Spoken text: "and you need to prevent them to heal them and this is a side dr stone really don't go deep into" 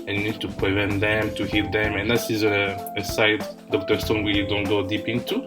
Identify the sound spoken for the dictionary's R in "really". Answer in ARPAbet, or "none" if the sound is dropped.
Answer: W